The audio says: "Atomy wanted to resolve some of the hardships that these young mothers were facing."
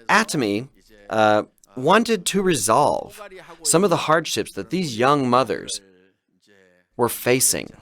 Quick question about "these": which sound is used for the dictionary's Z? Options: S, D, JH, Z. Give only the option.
Z